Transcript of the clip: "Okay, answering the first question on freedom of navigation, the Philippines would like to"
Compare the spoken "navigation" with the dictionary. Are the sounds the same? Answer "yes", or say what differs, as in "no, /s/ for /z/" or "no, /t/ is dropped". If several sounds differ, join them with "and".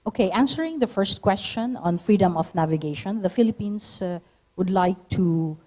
yes